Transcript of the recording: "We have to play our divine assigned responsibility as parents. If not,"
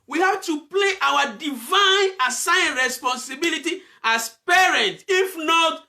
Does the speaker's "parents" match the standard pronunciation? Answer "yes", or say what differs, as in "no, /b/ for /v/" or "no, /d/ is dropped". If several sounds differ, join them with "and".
no, /s/ is dropped